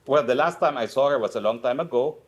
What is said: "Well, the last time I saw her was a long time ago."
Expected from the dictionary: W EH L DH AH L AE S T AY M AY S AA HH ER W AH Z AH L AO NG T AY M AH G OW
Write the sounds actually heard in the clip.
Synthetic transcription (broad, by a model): W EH L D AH L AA S T AY M AY S AA HH ER W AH S AH L AO NG T AY M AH G OW